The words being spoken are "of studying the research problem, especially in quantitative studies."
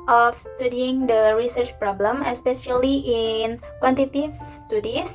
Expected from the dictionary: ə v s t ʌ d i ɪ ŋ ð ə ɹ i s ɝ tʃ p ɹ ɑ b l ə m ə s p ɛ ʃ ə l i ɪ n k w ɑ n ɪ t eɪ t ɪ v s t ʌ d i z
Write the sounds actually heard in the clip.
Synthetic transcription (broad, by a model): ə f s t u d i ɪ ŋ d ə ɹ i s ɝ tʃ p ɹ ɑ b l ə m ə s p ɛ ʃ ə l i ɪ n k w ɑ n t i t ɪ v s t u d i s